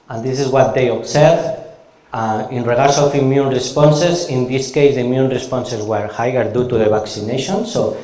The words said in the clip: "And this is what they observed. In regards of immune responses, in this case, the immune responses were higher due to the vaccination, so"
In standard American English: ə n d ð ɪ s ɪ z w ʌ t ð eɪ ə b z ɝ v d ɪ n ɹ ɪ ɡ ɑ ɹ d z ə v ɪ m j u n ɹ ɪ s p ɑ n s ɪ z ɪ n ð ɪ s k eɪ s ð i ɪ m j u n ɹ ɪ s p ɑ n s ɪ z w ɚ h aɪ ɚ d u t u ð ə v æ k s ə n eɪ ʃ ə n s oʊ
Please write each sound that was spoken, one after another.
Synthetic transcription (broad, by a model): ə n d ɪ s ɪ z w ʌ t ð eɪ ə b s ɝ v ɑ ɪ n ɹ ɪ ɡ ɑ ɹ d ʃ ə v ɪ m j u n ɹ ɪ s p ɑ n s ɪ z ɪ n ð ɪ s k eɪ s ð i m j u n ɹ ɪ s p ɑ n s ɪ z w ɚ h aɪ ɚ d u t u ð ə b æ k s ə n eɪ ʃ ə n s oʊ